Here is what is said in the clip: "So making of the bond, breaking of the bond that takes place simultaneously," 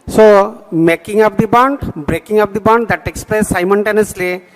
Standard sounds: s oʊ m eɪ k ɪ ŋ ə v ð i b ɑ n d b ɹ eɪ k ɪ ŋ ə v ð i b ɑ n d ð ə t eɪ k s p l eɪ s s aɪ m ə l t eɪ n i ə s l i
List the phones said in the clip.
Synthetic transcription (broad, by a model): s oʊ m eɪ k ɪ ŋ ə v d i b ɑ n d b ɹ eɪ k ɪ ŋ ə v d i b ɑ n d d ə t eɪ k s p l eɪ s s aɪ m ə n t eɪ n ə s l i